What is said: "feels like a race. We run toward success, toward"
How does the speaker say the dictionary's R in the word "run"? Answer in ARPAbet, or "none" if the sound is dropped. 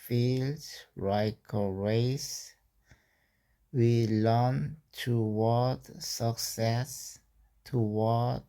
L